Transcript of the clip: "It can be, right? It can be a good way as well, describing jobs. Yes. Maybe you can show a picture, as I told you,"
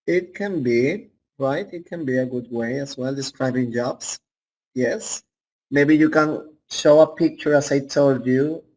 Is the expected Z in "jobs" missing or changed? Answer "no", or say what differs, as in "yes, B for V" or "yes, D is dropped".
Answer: yes, S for Z